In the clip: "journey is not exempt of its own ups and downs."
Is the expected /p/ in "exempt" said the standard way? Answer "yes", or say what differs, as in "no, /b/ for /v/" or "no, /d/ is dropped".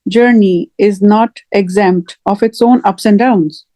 yes